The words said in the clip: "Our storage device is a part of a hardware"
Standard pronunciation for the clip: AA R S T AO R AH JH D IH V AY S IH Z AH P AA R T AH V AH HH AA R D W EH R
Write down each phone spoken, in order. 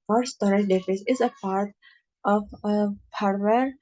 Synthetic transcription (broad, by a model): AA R S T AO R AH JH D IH F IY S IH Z AH P AA R T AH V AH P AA R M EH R